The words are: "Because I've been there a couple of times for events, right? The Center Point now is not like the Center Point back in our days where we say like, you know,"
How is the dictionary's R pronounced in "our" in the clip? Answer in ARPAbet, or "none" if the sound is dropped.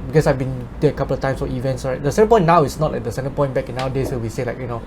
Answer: W